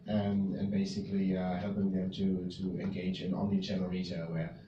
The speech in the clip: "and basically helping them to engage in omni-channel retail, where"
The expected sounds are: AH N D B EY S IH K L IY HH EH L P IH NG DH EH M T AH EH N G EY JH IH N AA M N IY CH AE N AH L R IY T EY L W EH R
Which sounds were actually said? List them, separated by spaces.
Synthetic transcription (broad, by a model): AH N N B EY S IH K L IY HH EH L P IH NG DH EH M T AH EH N G EY JH IH N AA N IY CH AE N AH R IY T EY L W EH